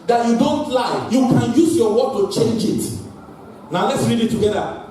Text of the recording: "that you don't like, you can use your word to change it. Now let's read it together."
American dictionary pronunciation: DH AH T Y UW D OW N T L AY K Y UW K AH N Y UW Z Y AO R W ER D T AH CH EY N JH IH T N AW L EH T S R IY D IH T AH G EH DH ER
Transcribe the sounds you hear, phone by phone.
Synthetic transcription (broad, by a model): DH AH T Y UW D OW N T L AY Y UW K AH N Y UW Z Y AO W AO T AH CH EY N JH IH T N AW L EH T S R IY D IH T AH G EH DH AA